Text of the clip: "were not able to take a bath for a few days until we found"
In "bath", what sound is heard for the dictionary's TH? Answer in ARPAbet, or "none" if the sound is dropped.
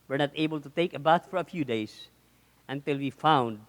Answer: T